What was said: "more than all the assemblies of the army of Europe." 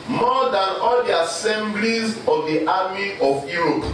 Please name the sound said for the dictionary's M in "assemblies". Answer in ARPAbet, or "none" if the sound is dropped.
M